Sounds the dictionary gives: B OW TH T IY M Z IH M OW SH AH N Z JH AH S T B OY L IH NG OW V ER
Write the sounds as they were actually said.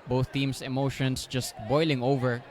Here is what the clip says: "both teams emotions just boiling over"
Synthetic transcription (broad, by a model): B OW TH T IY M S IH M OW SH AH N S JH AH S T B OY L IH NG OW V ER